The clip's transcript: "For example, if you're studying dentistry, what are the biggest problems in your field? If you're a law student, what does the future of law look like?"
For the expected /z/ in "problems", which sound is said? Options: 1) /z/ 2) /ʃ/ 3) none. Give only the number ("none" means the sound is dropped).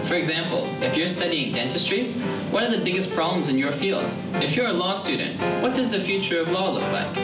1